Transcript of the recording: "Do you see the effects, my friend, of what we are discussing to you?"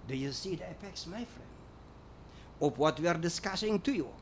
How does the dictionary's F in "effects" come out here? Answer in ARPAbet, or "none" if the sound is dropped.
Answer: P